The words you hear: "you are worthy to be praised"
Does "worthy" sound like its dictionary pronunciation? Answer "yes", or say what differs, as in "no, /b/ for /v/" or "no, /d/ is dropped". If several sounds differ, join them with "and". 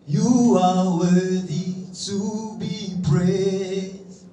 no, /ð/ is dropped